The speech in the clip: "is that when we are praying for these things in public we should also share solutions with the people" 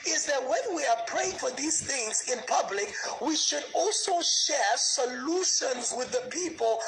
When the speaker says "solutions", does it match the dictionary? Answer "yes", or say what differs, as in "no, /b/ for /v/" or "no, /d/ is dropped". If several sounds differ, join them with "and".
yes